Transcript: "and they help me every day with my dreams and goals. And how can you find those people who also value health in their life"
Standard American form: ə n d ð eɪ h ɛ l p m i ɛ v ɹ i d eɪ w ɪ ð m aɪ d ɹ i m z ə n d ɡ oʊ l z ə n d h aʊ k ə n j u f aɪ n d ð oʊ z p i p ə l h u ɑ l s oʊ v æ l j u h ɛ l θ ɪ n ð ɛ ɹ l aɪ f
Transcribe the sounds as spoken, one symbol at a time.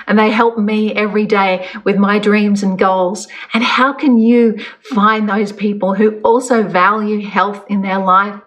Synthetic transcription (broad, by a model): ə n ð eɪ h ɛ l p m i ɛ v ɹ i d eɪ w ɪ ð m aɪ d ɹ i m z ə n ɡ oʊ l z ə n h aʊ k ə n j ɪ f aɪ n ð oʊ z p i p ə l h u ɑ l s oʊ v æ l j u h ɛ l θ ɪ n ð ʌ ɹ l aɪ f